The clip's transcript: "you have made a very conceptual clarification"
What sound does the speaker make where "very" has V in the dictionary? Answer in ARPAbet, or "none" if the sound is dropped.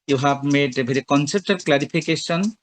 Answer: B